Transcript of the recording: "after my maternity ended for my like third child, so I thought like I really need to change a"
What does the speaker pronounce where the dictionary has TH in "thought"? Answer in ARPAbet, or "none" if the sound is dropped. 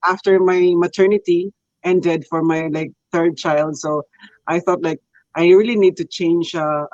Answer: TH